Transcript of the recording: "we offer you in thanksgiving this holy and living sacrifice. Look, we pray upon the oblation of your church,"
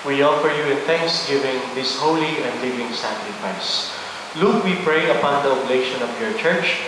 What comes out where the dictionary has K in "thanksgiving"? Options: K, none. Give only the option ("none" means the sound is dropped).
K